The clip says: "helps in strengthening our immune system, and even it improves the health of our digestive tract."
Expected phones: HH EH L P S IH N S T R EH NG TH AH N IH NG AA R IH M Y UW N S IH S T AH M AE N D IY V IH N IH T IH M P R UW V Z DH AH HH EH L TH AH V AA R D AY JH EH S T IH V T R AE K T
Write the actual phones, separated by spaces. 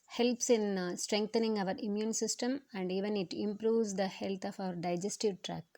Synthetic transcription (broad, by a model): HH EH L P S IH N S T R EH NG T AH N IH NG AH R IH M Y UW N S IH S T AH M AE N D IY V IH N IH T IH M P R UW V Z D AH HH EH L F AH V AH R D AY JH EH S T IH V T R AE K